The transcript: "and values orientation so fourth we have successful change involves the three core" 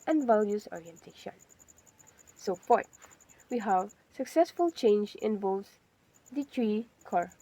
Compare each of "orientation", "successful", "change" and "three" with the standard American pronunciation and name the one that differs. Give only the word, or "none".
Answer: three